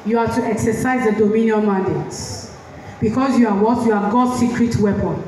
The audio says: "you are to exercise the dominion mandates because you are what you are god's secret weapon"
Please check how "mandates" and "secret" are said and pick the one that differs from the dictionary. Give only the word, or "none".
mandates